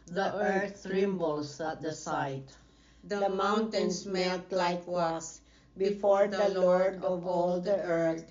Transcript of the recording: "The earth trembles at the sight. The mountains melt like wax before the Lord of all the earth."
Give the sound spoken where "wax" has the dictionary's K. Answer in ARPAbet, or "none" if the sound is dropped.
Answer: none